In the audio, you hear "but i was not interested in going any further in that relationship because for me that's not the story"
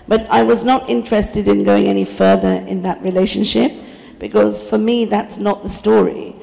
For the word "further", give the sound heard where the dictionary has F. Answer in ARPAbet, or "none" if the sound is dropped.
F